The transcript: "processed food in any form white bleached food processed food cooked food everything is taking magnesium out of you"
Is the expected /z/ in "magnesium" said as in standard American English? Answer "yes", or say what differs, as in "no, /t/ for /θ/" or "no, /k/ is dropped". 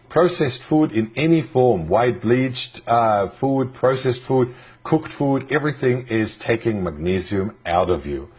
yes